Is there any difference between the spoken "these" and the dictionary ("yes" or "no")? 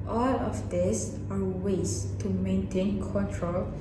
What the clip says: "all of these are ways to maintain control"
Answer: yes